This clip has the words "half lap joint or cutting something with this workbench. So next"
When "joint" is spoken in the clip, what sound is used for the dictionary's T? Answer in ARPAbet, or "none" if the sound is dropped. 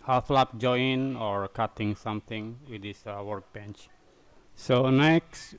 none